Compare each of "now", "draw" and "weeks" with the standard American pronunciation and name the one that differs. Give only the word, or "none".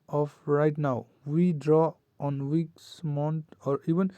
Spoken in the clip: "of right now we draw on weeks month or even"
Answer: none